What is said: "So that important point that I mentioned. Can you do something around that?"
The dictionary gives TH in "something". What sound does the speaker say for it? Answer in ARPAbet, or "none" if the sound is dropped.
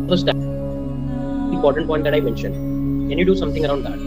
T